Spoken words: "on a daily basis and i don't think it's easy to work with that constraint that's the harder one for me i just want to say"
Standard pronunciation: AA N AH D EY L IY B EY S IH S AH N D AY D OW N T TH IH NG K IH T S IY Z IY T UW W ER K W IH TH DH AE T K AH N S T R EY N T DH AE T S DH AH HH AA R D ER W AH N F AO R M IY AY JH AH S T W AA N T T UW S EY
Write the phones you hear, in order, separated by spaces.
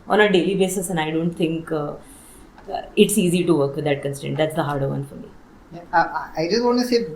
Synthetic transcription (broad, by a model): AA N AH D EY L IY B EY S IH S AH N D AY D OW N T T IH NG K IH T S IY Z IY T UW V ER K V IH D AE T K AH N S T EY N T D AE T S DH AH HH AA R D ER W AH N F AO R M IY AY JH AH S T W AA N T T UW S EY